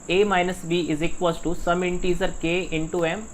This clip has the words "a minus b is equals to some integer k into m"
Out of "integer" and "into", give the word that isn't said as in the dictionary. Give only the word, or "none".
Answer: integer